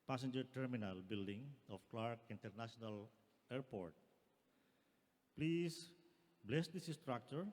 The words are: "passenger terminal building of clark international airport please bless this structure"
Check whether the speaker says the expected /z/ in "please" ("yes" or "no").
no